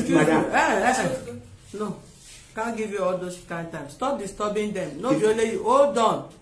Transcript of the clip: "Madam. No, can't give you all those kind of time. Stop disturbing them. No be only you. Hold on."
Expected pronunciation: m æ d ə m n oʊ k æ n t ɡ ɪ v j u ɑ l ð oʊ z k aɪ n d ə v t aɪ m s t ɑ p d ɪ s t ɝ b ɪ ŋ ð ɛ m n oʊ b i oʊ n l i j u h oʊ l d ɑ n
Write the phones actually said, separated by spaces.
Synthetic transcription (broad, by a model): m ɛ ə n oʊ k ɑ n ɡ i v j u ɑ l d oʊ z k aɪ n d t aɪ m s t ɑ p d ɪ s t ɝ b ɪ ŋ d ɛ m n oʊ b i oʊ l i j u oʊ d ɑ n